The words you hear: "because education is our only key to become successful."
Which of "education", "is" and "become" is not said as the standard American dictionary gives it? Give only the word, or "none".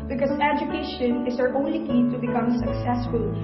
is